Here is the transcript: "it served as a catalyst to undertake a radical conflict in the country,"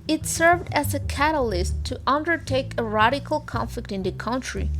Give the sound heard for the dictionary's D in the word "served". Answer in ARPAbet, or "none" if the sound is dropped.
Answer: D